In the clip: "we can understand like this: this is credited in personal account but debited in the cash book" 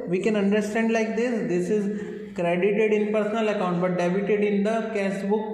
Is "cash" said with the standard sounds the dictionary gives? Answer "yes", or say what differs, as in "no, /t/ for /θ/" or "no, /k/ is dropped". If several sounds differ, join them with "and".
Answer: no, /s/ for /ʃ/